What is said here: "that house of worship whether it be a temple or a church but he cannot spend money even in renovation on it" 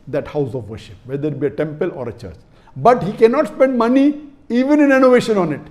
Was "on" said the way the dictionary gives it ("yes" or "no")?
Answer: yes